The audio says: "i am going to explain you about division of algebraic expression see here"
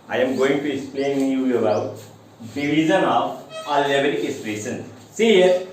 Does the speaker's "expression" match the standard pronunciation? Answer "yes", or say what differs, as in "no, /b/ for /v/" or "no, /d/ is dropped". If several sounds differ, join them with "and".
no, /k/ is dropped and /p/ is dropped and /s/ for /ʃ/